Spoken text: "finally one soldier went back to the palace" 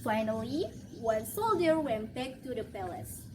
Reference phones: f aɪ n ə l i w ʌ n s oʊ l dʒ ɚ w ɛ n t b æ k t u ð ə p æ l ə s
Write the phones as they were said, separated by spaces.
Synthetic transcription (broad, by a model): f aɪ n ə l i w ʌ n s oʊ l dʒ ɚ w ɛ n t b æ k t u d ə p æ l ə s